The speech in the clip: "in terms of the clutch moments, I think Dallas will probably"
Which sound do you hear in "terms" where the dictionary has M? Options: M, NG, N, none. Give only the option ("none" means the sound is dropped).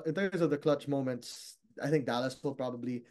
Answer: none